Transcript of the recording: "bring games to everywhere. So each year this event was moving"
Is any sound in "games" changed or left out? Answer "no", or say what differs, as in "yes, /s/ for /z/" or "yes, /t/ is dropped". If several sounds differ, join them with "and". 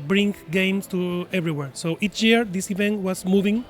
yes, /s/ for /z/